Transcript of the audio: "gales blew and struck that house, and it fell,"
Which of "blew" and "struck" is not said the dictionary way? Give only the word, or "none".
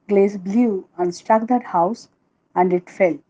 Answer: none